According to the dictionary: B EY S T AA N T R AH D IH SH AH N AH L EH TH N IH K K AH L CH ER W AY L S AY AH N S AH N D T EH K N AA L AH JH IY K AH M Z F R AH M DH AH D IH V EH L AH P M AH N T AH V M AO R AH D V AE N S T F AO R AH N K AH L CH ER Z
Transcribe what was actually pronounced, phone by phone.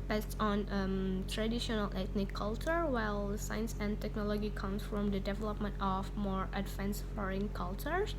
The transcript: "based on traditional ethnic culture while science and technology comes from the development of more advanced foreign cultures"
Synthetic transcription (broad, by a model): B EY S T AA N T R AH D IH SH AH N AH L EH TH N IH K K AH L CH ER W AY L S AY AH N S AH N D T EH K N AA L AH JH IY K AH M S F R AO M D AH D IH V EH L AH P M AH N T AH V M AO R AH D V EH N S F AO R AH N K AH L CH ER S